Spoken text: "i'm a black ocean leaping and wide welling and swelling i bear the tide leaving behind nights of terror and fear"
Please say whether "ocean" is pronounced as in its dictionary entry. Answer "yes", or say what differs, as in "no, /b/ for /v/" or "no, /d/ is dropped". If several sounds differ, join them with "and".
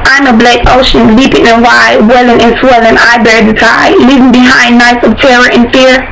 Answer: yes